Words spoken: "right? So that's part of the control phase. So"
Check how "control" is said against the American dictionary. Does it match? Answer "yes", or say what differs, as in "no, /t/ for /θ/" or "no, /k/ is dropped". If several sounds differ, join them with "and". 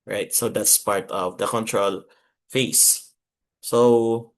yes